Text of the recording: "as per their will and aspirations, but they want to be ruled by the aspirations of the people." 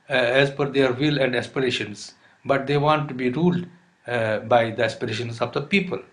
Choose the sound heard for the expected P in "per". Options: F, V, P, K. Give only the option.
F